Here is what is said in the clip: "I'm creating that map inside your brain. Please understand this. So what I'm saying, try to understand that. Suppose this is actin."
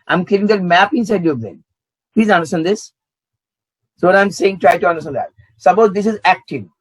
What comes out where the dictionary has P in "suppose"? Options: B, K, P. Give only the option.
B